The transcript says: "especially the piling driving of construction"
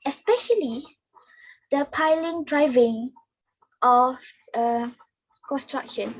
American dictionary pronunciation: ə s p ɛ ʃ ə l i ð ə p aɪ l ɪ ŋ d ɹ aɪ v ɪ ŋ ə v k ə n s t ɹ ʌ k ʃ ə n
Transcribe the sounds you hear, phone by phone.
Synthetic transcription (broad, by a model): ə s p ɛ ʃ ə l i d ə p aɪ l ɪ ŋ d ɹ aɪ v ɪ ŋ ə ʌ k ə n s t ɹ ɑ k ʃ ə n